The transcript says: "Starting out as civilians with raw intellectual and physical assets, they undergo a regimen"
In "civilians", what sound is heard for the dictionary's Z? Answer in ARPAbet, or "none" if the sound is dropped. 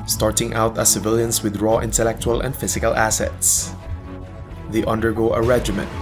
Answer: S